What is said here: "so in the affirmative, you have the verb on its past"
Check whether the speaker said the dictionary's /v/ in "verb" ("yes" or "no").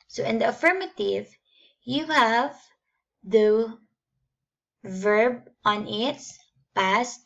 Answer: yes